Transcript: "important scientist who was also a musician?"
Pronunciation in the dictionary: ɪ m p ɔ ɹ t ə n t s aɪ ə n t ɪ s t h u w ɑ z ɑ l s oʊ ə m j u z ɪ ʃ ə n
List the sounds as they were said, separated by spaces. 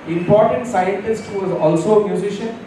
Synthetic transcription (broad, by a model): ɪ m p ɔ ɹ t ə n t s aɪ ə n t ɪ s t h u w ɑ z ɑ l s oʊ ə m j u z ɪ ʃ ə n